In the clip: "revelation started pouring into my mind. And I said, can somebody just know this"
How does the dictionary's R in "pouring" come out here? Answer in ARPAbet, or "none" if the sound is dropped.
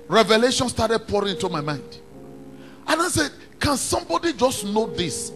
R